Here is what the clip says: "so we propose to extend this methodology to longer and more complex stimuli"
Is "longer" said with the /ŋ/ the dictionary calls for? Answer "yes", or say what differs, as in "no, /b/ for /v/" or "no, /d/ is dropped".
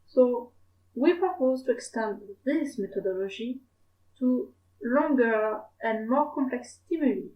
yes